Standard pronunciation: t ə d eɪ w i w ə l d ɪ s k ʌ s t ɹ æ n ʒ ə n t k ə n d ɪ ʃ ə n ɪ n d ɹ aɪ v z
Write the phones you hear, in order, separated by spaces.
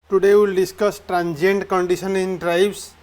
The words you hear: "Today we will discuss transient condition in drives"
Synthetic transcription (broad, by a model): t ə d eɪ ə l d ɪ s k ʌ s t ɹ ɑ n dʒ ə n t k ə n d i s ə n ɪ n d ɹ aɪ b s